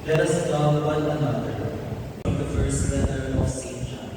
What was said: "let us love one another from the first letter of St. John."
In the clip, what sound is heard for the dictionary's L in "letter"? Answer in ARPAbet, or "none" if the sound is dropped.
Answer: W